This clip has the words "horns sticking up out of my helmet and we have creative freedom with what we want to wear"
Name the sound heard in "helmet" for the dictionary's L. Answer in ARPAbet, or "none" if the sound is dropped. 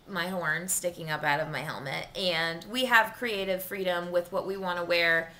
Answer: L